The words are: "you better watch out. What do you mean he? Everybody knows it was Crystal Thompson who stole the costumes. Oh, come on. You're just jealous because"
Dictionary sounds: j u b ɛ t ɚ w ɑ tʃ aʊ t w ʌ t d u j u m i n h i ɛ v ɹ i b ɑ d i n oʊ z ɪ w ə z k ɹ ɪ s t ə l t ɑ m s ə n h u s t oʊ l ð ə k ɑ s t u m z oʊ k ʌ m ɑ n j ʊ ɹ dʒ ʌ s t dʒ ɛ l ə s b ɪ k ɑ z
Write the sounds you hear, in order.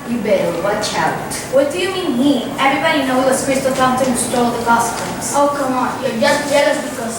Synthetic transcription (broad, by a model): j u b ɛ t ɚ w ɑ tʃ aʊ t w ʌ t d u j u m i n h i ɛ v ɹ i b ɑ d i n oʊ ɪ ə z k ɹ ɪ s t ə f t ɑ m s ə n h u s t oʊ l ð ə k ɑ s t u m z oʊ k ʌ m ɑ n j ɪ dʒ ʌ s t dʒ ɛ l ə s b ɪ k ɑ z